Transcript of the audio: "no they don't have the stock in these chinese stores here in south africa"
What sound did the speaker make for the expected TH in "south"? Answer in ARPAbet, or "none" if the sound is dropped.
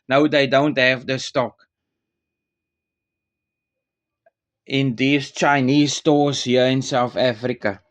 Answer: TH